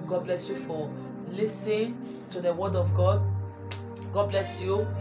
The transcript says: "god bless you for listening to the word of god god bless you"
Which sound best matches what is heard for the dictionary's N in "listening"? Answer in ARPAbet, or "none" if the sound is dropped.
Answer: none